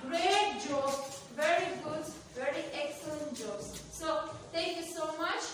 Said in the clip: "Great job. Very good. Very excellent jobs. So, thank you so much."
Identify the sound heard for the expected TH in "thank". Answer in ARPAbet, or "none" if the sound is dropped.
T